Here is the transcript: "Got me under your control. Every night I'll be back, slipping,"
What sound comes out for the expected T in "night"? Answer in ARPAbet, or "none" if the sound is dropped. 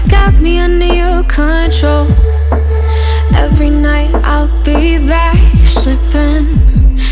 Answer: T